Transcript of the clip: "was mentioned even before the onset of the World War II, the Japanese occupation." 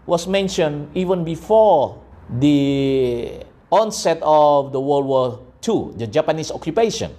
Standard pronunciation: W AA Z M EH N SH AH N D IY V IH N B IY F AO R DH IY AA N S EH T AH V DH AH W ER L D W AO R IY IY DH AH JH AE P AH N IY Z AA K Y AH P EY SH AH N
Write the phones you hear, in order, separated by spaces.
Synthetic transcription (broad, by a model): W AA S M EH N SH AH N IY V IH N B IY F AO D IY AA N S EH T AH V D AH W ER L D W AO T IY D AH JH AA P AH N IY S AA K Y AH P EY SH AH N